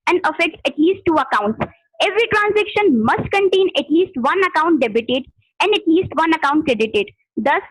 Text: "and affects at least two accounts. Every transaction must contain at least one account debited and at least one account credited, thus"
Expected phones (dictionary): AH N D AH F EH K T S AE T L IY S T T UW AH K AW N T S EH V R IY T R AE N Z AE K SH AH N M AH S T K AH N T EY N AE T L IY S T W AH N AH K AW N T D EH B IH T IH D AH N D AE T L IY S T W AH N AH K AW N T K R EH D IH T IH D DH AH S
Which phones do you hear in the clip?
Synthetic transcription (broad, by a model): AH N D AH F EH K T EH T L IY S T T UW AH K AW N T S EH V R IY T R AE N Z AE K SH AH N M AH S T K AH N T EY N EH T L IY S T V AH N AH K AW N T D EH B IH T IH D AH N D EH T L IY S T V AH N AH K AW N T K R EH D IH T IH D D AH S